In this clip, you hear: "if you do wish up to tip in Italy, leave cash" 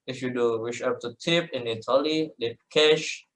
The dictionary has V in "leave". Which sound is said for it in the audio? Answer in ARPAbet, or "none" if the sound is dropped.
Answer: P